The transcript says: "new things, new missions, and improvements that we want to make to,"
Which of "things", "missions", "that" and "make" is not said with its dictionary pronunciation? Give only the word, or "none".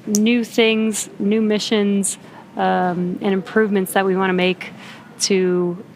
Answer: none